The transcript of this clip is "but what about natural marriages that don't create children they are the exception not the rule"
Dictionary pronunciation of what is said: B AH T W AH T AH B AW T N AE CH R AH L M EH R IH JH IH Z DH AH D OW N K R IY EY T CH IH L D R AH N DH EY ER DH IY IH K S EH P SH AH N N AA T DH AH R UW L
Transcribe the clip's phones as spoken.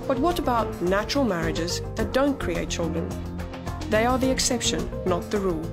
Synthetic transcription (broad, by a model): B AH T W AH T AH B AW T N AE CH R AH L M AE R IH JH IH Z DH AH D OW N K R IY EY T CH IH L D R AH N DH EY ER DH IY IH K S EH P SH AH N N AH T DH AH R UW L